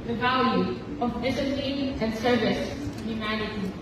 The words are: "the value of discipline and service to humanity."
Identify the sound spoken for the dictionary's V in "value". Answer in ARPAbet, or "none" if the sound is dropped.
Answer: V